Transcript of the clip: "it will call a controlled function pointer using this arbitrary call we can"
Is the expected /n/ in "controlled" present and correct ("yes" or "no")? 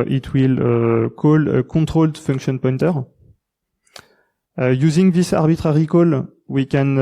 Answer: no